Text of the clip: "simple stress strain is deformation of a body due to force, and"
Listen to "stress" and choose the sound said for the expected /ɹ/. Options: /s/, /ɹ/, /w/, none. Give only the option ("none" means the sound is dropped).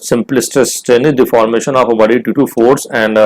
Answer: none